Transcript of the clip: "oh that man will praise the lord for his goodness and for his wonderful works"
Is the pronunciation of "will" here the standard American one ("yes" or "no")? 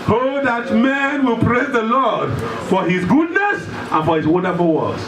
yes